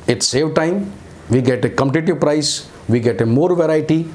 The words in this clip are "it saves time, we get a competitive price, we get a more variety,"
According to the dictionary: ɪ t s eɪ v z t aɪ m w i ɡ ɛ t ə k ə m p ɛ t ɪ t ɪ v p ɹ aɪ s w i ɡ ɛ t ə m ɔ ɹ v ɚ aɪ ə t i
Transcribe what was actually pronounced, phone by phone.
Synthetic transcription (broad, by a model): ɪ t s eɪ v t aɪ m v i ɡ ɛ t ə k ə m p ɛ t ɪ t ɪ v p ɹ aɪ s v i ɡ ɛ t ə m ɔ ɹ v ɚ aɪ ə t i